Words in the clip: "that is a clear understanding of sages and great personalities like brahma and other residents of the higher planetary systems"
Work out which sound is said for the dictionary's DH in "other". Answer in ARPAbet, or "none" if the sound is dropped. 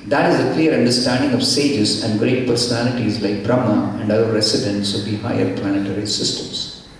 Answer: none